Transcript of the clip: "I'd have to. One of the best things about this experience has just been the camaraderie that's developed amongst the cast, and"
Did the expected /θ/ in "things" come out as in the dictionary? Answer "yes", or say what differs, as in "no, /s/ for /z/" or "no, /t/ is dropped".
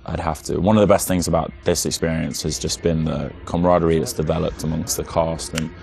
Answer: yes